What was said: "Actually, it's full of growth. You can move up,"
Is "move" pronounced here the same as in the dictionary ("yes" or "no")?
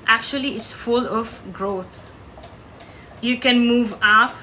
yes